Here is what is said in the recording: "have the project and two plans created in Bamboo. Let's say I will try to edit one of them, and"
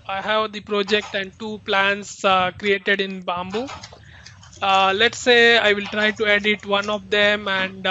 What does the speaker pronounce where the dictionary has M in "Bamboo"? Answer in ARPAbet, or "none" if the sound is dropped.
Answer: M